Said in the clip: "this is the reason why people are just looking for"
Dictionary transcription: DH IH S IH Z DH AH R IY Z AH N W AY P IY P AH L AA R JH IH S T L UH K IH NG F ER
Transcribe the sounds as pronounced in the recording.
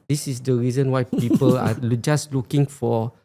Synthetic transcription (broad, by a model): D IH S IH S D AH R IY Z AH N W AY P IY P AH L AA L JH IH S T L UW K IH NG F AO